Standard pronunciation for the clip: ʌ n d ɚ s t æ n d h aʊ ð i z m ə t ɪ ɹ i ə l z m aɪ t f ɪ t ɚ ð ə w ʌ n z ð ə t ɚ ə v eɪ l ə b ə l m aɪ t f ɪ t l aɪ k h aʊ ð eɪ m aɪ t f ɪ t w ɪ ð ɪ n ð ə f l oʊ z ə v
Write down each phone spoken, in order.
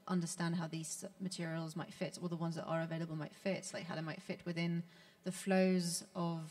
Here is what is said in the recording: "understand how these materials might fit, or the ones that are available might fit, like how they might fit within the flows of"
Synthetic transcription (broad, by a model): ʌ n d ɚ s t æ n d h aʊ ð i z m ə t ɪ ɹ i ə l z m aɪ t f ɪ t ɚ ð ə w ʌ n z ð ə t ɚ ə v eɪ l ə b ə l m aɪ t f ɪ t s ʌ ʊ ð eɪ m aɪ t f ɪ t w ɪ ð ɪ n ð ə f l oʊ z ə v